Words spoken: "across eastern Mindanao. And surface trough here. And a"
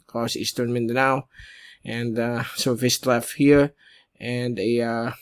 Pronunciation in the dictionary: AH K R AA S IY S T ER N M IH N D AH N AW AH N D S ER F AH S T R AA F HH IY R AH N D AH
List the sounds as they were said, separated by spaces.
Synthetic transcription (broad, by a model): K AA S IY S T ER N M IH N D AH N AW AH N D S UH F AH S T L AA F HH IY R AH N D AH